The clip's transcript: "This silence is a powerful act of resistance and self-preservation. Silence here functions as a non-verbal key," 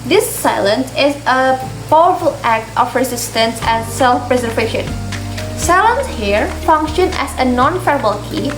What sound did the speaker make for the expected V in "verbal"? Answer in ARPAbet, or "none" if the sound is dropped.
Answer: F